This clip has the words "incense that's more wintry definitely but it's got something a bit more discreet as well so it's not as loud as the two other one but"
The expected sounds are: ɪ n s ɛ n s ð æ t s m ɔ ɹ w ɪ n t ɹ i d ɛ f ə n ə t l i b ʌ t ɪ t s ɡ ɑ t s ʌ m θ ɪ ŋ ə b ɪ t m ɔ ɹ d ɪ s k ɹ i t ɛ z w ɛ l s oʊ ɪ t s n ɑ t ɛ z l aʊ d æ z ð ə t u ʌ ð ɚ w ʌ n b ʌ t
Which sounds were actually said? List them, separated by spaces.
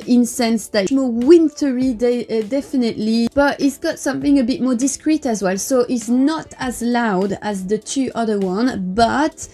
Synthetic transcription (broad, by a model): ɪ n s ɛ n s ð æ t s m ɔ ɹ w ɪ n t ɹ i d ɛ f ə n ə t l i b ʌ t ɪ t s ɡ ɑ t s ʌ m θ ɪ ŋ ə b ɪ t m ɔ ɹ d ɪ s k ɹ i t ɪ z w ɛ l s oʊ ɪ t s n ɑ t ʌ z l aʊ d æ z ð ə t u ʌ ð ɚ w ʌ n b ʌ t